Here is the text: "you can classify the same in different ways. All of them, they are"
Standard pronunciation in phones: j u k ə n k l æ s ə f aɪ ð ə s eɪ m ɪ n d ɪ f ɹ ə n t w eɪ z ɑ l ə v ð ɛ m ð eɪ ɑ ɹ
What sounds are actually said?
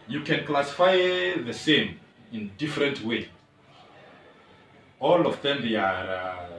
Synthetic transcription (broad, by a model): j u k ə n k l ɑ s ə f aɪ ð ə s eɪ m ɪ n d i f ɹ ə n t w eɪ ɑ l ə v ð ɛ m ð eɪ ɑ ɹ